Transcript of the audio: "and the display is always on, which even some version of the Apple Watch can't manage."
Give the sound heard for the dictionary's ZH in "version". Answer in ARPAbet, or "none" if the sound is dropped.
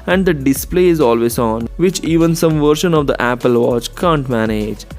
SH